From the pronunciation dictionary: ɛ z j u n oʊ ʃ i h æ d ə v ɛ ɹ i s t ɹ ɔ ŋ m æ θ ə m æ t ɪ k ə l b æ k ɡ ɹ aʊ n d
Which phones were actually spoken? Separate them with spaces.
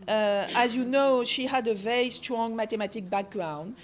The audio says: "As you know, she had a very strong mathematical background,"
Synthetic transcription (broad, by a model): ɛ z j u n oʊ ʃ i h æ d ə v ɛ ɹ i s t ɹ ɔ ŋ m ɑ t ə m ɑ t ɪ k b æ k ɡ ɹ aʊ n d